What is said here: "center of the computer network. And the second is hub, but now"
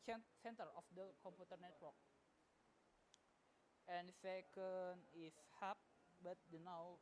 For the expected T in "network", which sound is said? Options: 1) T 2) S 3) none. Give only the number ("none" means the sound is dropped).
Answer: 1